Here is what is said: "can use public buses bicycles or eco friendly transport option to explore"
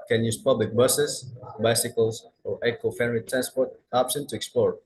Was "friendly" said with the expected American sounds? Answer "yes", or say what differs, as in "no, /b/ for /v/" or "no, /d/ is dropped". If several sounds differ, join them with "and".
no, /ɹ/ is dropped